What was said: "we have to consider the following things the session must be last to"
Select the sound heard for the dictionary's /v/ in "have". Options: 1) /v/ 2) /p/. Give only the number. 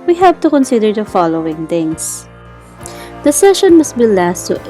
2